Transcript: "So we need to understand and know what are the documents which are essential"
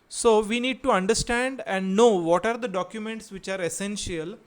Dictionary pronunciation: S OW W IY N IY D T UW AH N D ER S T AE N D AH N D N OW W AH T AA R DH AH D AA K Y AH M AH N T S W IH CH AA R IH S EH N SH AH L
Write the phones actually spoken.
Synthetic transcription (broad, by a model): S OW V IY N IY D T UW AH N D ER S T AE N D AH N D N OW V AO T AA R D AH D AA K Y AH M AH N T S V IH CH AA R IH S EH N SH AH L